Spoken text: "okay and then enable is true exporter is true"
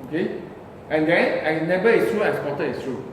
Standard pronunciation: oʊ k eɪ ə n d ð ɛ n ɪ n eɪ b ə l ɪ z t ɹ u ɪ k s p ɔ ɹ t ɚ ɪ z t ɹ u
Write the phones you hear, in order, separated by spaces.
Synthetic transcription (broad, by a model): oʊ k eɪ ə n d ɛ n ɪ n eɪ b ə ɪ s t ɹ u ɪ s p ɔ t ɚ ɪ s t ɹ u